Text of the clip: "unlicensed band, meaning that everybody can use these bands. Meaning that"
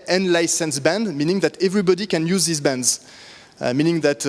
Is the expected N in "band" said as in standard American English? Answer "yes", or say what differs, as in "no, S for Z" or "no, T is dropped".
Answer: yes